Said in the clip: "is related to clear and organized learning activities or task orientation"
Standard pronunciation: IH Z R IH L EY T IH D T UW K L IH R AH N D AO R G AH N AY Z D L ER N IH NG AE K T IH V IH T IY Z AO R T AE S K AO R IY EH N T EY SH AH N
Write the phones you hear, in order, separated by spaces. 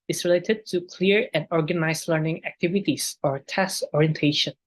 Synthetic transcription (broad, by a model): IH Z R IH L EY T IH D T UW K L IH R AH N D AO R G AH N AY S L ER N IH NG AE K T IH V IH T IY S AO R T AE S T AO R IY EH N T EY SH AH N